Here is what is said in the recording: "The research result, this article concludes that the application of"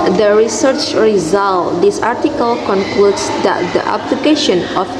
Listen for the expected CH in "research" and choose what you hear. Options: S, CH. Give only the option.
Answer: CH